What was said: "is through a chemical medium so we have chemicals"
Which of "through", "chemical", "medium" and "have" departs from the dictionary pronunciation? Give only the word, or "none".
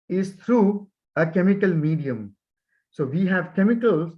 through